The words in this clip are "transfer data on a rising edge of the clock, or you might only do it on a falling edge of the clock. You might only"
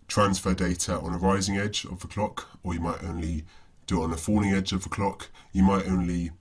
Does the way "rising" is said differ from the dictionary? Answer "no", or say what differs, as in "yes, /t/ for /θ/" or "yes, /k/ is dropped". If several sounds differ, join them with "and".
no